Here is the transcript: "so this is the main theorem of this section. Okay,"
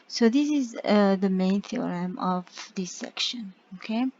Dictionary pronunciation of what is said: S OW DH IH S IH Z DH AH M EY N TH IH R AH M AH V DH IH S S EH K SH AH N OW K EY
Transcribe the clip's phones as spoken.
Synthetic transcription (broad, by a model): S OW DH IH S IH Z DH AH M EY N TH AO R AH M AH V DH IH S S EH K SH AH N OW K EY